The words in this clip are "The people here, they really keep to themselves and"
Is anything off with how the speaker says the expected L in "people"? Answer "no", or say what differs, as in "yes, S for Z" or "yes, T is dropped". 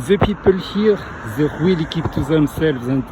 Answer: no